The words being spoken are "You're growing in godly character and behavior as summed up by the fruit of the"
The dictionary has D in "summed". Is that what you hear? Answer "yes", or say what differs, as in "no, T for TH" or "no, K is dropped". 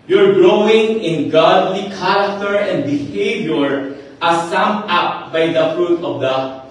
no, D is dropped